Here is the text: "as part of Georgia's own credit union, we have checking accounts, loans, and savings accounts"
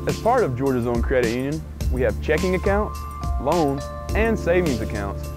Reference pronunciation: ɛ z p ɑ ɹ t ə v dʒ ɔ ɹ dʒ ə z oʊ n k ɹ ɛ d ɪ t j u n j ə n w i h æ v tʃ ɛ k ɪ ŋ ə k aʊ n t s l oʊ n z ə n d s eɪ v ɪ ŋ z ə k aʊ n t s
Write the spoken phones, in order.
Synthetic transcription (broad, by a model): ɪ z p ɑ ɹ t ə v dʒ ɔ ɹ dʒ ə z oʊ n k ɹ ɛ d ɪ t j u n j ə n w i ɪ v tʃ ɛ k ɪ ŋ ə k aʊ n t s l oʊ n ə n s eɪ v ɪ ŋ z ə k aʊ n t s